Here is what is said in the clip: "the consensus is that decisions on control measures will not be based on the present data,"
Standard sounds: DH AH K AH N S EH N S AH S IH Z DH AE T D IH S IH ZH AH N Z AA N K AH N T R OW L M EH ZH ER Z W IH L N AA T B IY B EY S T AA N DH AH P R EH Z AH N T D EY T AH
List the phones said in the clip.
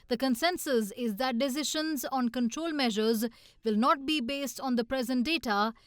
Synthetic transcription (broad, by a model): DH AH K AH N S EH N S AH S IH Z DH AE T D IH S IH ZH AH N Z AA N K AH N T R OW L M EH ZH ER Z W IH L N AA T B IY B EY S T AA N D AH P R EH Z AH N T D EY T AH